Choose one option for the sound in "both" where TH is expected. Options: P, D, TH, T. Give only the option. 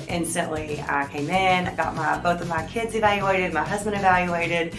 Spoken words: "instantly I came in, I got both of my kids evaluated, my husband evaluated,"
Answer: TH